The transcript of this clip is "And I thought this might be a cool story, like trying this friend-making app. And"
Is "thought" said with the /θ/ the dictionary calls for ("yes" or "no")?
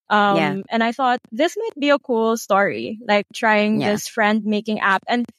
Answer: yes